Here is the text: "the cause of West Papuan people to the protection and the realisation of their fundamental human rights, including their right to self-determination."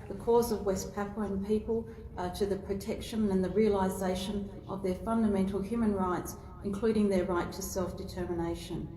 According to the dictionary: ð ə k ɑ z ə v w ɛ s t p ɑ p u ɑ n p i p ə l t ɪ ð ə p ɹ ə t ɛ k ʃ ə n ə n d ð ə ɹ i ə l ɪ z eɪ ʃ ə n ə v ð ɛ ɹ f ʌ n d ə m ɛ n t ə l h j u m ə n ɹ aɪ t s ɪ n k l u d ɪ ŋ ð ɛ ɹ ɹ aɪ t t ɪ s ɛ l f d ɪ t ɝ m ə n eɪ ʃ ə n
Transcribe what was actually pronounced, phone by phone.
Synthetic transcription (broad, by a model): ð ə k ɑ z ə v w ɛ s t p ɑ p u n p i p ə l t ɪ ð ə p ɹ ə t ɛ k ʃ ə n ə n ð ə ɹ i ə l ɪ z eɪ ʃ ə n ə v ð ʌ ɹ f ʌ n d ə m ɛ n t l h j u m ə n ɹ aɪ t s ɪ n k l u d ɪ ŋ ð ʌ ɹ ɹ aɪ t t ɪ s ɛ l f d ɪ t ɝ m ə n eɪ ʃ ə n